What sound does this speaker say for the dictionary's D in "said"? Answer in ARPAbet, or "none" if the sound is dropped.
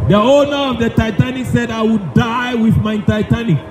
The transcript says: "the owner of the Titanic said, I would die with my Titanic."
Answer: D